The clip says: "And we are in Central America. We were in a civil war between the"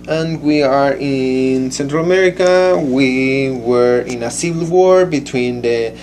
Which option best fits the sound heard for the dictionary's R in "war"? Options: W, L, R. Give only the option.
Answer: R